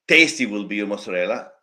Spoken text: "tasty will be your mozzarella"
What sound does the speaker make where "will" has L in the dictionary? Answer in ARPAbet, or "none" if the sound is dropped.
L